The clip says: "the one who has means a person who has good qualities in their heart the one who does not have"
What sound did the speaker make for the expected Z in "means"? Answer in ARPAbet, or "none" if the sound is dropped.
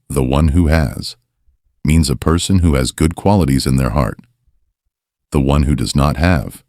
Z